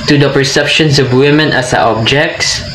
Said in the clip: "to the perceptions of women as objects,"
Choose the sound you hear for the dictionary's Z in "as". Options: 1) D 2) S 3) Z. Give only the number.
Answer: 2